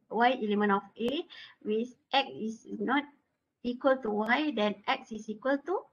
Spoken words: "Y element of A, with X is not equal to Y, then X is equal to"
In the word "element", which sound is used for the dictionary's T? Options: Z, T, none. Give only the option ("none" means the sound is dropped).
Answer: none